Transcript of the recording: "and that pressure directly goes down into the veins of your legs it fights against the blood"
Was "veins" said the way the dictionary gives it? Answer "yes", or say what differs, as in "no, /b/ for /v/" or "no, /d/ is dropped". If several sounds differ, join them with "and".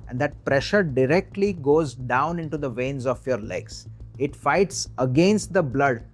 yes